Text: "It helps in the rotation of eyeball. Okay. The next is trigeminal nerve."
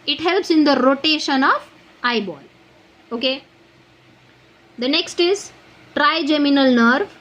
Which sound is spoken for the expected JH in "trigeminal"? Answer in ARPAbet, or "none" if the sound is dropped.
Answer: JH